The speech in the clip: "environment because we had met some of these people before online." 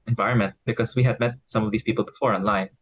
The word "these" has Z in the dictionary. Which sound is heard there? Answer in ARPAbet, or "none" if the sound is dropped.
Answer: S